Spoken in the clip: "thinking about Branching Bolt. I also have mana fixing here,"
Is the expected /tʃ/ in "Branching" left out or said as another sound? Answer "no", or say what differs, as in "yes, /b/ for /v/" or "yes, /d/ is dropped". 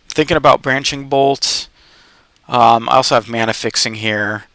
no